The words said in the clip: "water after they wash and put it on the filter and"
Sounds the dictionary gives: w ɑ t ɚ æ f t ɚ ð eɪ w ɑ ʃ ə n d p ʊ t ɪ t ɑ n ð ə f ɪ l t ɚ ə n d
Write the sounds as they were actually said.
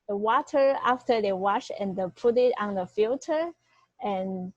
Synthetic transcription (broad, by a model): w ɑ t ɚ æ f t ɚ ð eɪ w ɑ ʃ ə n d p ʊ t ɪ t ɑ n ð ə f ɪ l t ɚ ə n